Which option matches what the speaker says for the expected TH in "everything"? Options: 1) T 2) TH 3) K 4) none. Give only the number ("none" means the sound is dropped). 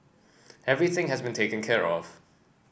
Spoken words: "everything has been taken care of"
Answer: 2